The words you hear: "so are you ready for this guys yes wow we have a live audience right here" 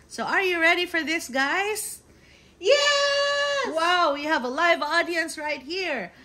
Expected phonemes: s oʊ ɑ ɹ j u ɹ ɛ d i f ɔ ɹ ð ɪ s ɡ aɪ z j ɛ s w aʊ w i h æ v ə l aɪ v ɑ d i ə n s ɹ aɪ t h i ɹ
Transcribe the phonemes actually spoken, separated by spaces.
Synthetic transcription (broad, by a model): s oʊ ɑ ɹ j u ɹ ɛ d i f ɔ ɹ ð ɪ s ɡ aɪ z j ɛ w aʊ w i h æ v ə l aɪ v ɑ d i ə n s ɹ aɪ t h i ɹ